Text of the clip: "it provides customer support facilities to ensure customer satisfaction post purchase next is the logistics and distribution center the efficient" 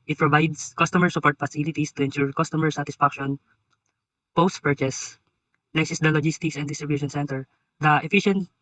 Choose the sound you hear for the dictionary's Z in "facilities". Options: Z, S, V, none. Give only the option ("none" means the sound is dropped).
S